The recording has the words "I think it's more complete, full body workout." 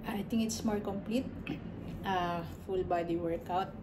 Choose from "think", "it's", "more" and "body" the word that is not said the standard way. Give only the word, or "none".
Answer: think